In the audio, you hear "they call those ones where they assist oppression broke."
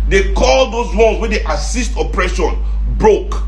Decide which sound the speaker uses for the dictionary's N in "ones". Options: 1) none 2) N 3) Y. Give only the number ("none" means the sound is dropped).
1